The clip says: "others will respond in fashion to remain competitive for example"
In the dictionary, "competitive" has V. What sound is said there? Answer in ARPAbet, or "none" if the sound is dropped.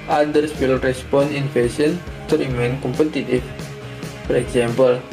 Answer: F